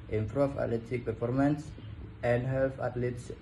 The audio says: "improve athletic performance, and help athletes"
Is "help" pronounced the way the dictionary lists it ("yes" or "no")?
no